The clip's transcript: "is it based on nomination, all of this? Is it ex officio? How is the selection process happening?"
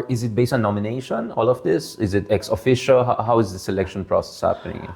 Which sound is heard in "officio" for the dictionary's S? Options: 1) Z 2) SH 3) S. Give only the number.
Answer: 2